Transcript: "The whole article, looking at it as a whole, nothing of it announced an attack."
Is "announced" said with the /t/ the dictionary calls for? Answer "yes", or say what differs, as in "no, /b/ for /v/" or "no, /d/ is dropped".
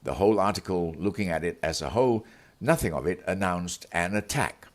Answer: yes